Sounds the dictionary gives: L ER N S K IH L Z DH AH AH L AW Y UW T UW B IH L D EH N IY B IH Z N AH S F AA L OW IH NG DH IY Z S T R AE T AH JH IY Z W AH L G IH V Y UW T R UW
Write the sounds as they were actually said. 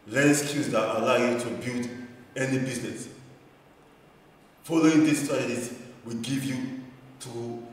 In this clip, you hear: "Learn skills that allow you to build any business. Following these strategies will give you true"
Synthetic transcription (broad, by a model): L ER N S K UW Z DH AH AH L AW Y UW T UW B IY L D EH N IY B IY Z N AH S F AA L OW IH NG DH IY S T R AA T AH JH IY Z W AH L G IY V Y UW T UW